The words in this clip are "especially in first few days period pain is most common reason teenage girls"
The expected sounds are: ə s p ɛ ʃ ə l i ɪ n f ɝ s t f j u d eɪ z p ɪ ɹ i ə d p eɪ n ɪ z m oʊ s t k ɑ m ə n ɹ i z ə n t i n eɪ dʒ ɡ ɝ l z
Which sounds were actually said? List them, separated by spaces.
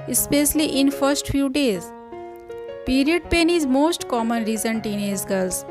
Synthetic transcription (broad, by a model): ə s p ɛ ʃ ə l i ɪ n f ɝ s t f j u d eɪ z p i ɹ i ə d p eɪ n ɪ z m oʊ s t k ɑ m ə n ɹ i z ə n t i n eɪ z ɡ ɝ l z